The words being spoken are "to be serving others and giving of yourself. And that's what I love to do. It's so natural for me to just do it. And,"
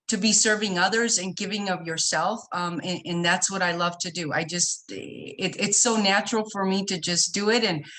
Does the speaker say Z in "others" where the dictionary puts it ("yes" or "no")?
yes